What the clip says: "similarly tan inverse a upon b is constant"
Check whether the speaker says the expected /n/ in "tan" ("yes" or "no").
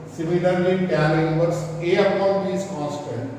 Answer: no